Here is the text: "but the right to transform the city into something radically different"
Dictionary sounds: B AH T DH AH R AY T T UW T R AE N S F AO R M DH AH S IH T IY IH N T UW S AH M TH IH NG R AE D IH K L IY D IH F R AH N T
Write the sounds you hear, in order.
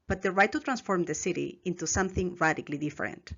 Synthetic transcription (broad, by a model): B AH T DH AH R AY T T UW T R AE N S F AO R M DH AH S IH T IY IH N T UW S AH M TH IH NG R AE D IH K L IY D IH F R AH N T